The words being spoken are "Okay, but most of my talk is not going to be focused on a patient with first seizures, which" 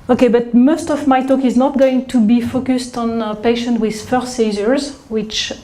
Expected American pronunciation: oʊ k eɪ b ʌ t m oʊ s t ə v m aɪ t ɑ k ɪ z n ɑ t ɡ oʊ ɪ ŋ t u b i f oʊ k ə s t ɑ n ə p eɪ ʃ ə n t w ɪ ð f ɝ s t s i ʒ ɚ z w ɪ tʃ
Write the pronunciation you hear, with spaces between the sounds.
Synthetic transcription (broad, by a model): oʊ k eɪ b ʌ t m oʊ s t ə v m aɪ t ɑ k ɪ z n ɑ t ɡ oʊ ɪ ŋ t u b i f oʊ k ə s t ɑ n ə p eɪ ʃ ə n t w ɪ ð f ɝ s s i z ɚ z w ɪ tʃ